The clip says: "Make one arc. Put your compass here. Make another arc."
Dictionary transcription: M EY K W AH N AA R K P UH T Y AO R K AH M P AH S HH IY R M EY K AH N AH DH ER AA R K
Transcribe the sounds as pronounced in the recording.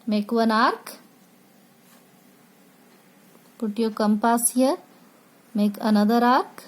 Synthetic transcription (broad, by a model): M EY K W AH N AA R K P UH T Y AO K AH M P AH S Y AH M EY K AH N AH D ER AA R K